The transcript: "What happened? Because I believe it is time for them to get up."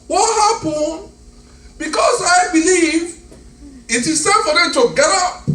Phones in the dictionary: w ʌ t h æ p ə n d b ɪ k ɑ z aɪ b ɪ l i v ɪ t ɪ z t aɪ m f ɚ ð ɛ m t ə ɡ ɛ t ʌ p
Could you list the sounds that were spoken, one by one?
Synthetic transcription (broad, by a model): w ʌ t h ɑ p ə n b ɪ k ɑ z aɪ b ɪ l i v ɪ t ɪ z s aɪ f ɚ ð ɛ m t ə ɡ ɛ t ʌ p